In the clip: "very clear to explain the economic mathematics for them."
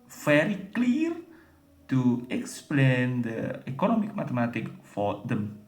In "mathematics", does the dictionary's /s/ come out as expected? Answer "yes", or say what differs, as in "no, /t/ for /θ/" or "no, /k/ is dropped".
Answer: no, /s/ is dropped